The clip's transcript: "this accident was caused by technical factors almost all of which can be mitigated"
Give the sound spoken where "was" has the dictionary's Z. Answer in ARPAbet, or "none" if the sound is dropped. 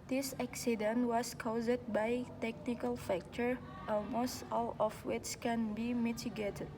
S